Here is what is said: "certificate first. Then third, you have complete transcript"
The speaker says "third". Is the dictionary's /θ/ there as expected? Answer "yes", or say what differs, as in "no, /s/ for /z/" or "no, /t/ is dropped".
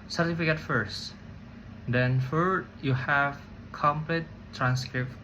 no, /f/ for /θ/